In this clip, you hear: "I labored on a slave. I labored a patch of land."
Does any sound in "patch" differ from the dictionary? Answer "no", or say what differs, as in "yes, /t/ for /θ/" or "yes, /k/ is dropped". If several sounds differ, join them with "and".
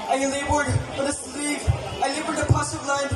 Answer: yes, /s/ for /tʃ/